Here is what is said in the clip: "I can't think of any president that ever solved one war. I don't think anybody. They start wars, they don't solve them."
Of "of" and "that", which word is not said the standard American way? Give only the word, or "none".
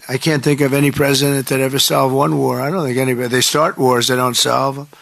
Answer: none